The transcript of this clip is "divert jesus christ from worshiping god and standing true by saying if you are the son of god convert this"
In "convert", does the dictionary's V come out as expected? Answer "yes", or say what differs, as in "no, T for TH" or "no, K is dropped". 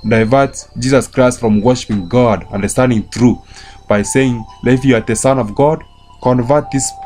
yes